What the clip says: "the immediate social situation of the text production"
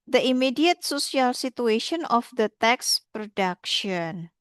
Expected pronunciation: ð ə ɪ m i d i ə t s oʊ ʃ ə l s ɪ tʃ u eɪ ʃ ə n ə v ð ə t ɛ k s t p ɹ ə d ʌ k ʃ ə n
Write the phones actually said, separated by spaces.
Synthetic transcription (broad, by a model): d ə ɪ m i d i ə t s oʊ s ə l s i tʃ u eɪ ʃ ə n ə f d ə t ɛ k s p ɹ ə d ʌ k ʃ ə n